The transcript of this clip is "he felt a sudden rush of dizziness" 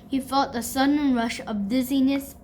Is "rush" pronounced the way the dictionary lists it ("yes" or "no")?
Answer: yes